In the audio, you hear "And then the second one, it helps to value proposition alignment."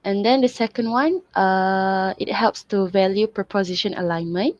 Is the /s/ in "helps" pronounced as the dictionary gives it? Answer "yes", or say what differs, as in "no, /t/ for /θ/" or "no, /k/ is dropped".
yes